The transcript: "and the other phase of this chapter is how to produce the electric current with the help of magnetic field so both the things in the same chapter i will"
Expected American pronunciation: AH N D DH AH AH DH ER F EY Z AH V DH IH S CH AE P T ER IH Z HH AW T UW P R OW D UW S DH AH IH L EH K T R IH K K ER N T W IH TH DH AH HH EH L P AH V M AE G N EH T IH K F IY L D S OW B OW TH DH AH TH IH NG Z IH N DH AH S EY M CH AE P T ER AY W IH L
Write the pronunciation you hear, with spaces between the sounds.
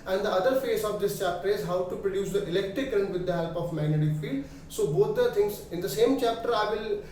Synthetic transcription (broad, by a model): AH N D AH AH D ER F EY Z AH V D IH S CH AE P T ER IH Z HH AW T UW P R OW D UW S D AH IH L EH K T R IH K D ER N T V IH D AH HH EH L P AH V M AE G N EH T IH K F IY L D S OW B OW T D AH T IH NG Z IH N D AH S EY M CH AE P T ER AY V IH L